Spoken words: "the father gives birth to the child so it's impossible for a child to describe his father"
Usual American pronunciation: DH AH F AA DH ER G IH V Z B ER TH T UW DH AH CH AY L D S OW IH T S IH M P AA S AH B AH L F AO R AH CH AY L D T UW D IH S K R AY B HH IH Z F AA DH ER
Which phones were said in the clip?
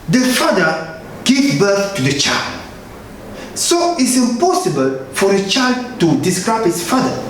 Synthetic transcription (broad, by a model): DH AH F AA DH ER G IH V B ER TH T UW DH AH CH AY L D S OW IH T S IH M P AA S AH B AH L F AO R AH CH AY L D T UW D IH S K R AY B HH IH S F AA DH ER